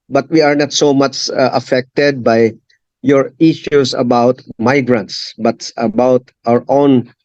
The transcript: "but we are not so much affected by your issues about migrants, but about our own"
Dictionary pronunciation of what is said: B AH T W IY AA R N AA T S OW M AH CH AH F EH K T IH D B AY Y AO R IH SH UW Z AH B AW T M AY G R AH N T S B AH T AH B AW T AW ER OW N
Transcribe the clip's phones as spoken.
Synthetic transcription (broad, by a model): B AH T W IY AA R N AA T S OW M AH CH AH F EH K T IH D B AY Y AO R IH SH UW S AH B AW T M AY G R AH N T S B AH T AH B AW T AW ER OW N